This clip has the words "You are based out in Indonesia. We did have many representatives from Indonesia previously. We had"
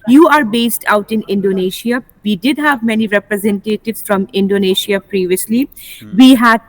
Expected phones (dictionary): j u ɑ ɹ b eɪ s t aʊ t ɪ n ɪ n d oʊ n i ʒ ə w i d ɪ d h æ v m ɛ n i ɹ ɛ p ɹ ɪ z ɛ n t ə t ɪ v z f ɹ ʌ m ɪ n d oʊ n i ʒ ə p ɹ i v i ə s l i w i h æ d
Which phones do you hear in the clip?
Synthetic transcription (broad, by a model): j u ɑ ɹ b eɪ s t aʊ t ɪ n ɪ n d oʊ n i ʃ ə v i d ɪ d h æ v m ɛ n i ɹ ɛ p ɹ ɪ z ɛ n t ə t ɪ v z f ɹ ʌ m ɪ n d oʊ n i ʃ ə p ɹ i v i ə s l i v i h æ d